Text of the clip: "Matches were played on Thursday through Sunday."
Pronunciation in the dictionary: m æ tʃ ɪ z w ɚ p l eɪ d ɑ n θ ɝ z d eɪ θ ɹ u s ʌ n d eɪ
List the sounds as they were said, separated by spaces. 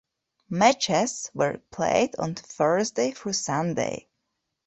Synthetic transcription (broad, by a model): m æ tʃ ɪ s w ɚ p l eɪ d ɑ n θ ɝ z d eɪ f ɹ s ʌ n d eɪ